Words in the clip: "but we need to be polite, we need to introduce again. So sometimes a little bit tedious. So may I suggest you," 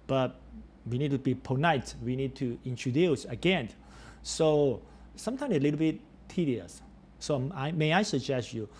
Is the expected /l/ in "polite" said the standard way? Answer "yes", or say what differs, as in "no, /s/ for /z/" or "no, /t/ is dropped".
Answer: no, /n/ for /l/